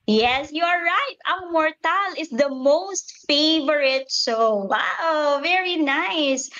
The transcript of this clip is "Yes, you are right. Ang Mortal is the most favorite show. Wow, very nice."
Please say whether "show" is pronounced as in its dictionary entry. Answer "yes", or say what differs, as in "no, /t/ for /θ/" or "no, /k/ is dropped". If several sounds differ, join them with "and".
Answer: no, /s/ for /ʃ/